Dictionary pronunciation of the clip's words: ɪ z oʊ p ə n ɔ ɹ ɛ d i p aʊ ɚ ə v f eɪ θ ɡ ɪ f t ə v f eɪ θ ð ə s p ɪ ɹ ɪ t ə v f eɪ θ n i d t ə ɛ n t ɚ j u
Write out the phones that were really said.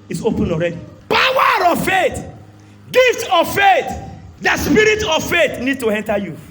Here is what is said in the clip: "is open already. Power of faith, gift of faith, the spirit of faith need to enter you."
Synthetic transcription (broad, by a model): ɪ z oʊ p ə n ɔ ɹ ɛ d i p aʊ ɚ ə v f eɪ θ ɡ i f t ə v f eɪ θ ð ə s p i ɹ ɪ t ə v f eɪ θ n i d t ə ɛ n t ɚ j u